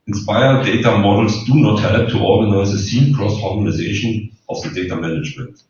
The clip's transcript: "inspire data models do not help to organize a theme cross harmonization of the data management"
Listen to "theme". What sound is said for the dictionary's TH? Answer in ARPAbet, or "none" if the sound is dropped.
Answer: S